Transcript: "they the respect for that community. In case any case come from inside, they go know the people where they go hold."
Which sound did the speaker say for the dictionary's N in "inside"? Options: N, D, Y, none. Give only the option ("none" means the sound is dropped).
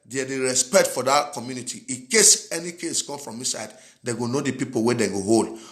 none